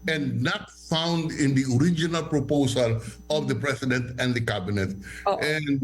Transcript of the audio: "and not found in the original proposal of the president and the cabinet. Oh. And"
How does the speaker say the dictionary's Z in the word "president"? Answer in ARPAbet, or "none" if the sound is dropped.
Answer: S